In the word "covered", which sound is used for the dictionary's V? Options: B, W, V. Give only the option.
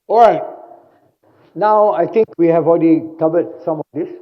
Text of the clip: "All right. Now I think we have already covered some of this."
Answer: B